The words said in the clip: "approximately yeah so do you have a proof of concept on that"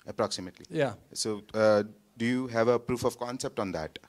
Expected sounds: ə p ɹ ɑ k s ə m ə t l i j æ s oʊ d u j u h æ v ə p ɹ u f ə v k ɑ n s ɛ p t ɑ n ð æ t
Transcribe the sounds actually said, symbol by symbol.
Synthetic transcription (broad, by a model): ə p ɹ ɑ k s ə m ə t l i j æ s oʊ d u j u h æ v ə p ɹ u f ə v k ɑ n s ɛ p t ɑ n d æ t